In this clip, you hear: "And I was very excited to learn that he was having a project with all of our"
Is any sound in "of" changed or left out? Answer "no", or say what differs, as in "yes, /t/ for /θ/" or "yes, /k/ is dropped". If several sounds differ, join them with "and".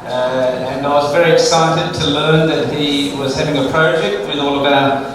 yes, /b/ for /v/